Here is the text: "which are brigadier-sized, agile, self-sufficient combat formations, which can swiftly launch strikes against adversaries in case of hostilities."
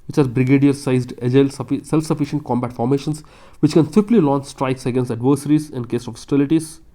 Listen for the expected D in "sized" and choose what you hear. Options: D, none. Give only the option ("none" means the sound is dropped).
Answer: D